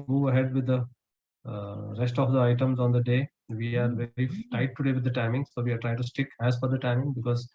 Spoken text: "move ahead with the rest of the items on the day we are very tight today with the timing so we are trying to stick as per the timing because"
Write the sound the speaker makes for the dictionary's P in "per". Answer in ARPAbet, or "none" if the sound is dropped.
F